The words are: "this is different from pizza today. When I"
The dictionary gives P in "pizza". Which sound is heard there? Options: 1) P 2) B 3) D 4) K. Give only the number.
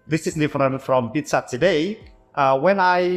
2